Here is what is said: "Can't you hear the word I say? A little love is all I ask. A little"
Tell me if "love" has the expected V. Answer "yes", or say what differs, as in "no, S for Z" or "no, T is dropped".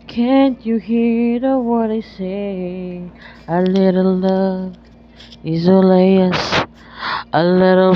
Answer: no, V is dropped